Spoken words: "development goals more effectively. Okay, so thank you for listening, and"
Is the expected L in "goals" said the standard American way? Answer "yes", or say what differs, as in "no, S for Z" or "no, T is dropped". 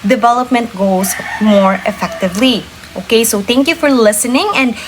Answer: no, L is dropped